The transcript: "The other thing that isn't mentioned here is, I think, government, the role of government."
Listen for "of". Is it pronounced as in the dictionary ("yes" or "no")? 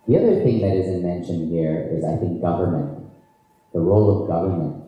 yes